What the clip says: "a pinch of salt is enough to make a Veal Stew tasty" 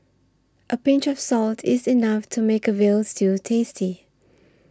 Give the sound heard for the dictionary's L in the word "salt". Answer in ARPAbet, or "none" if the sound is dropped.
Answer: L